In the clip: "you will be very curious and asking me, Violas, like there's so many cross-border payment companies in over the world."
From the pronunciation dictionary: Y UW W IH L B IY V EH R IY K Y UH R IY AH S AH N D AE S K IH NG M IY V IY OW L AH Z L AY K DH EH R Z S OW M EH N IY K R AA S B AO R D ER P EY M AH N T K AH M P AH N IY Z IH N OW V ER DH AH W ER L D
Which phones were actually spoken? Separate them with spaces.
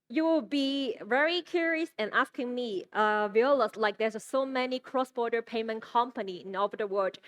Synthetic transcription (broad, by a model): Y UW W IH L B IY V EH R IY K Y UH R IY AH S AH N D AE S K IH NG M IY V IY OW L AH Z L AY K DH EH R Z S OW M EH N IY K R AA S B AO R D ER P EY M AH N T K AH M P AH N IY IH N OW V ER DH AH W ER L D